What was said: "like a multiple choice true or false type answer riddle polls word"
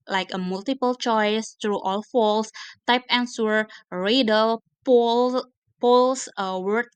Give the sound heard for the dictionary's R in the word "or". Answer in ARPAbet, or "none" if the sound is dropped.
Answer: L